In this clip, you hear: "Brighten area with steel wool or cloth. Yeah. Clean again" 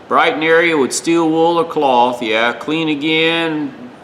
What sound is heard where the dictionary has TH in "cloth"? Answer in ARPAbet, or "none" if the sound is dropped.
TH